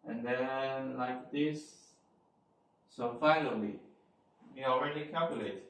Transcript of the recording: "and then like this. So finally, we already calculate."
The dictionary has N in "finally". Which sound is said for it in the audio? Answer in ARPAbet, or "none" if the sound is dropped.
L